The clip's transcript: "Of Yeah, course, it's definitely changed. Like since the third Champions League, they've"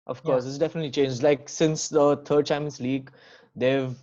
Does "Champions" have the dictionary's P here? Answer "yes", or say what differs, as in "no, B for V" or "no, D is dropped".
no, P is dropped